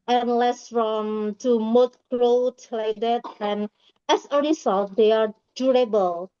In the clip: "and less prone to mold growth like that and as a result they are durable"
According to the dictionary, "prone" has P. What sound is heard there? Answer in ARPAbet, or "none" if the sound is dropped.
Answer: F